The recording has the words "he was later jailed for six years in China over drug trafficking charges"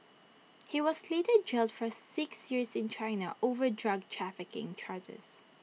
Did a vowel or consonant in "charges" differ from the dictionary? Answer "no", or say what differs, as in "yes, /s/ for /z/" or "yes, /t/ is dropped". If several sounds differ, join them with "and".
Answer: no